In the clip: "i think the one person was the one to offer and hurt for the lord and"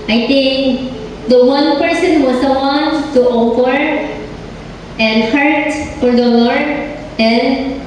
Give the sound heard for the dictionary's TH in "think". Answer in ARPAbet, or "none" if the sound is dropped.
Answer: T